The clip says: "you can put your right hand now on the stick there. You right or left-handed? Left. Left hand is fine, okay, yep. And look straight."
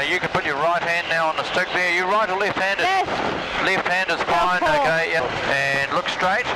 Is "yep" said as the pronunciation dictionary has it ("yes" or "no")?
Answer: no